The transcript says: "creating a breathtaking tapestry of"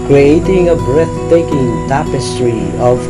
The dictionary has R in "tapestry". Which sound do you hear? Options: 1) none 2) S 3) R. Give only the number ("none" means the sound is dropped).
3